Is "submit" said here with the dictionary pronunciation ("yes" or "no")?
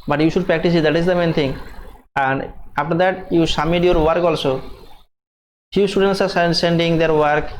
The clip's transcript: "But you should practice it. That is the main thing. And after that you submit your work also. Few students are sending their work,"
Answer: no